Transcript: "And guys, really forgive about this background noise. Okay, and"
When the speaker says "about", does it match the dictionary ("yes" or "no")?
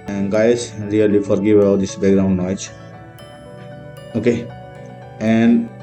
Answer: no